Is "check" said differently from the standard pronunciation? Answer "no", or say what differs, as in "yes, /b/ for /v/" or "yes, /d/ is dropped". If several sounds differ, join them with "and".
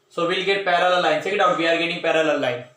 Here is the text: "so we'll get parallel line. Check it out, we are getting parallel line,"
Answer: yes, /s/ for /tʃ/